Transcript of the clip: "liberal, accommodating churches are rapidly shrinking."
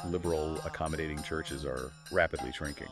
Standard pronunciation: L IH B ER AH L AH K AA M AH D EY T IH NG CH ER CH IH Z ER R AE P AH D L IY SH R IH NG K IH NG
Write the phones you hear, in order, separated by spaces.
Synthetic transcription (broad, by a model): L IH B ER L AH K AA M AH D EY T IH NG CH ER CH IH Z ER R AE P AH D L IY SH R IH NG K IH NG